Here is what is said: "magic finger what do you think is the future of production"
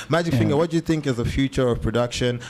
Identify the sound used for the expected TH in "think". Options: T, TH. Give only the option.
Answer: TH